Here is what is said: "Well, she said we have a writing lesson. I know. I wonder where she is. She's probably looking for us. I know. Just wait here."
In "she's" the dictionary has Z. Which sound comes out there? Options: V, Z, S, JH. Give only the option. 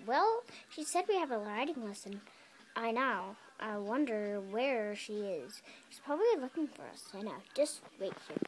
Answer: S